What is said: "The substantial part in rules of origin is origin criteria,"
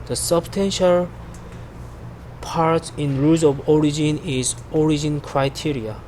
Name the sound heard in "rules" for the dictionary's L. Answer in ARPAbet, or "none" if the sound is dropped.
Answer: none